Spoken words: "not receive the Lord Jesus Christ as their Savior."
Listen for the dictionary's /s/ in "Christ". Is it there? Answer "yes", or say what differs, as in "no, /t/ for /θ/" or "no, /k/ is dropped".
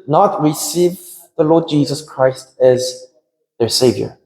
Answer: yes